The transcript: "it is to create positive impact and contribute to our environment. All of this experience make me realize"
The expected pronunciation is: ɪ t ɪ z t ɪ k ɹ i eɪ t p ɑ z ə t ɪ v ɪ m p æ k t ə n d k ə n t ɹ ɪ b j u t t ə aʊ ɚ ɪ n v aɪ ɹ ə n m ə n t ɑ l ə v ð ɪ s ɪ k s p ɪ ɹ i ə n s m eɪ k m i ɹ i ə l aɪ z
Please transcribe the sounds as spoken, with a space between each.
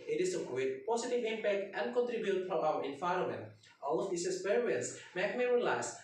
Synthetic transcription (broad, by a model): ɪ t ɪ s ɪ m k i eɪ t p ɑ s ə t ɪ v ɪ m p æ k t ə n d k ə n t ɹ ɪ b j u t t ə aʊ ɚ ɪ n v aɪ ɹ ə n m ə n t ɑ l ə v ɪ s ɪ s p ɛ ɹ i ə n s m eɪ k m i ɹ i l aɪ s